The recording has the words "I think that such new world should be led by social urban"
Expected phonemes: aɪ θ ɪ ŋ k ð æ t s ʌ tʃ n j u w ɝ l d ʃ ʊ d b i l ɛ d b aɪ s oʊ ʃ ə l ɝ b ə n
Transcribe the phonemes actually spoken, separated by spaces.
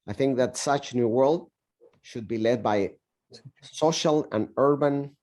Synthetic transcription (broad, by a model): aɪ θ ɪ ŋ k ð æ t s ʌ tʃ n j u w ɝ l d ʃ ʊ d b i l ɛ d b aɪ s oʊ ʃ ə l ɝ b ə n